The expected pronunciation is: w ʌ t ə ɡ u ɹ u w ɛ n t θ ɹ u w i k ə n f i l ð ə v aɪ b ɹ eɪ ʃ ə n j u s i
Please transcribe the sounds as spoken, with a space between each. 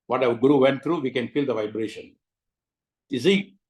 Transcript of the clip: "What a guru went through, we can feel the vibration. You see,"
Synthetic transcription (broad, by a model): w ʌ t ə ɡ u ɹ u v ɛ n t t ɹ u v i k ə n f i l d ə v aɪ b ɹ eɪ ʃ ə n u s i